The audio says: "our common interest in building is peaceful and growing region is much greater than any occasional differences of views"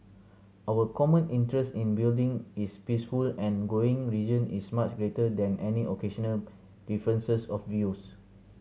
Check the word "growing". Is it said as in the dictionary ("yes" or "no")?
no